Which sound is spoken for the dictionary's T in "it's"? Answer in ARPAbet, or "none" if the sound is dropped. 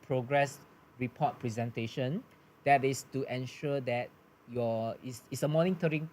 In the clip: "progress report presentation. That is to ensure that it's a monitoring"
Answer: S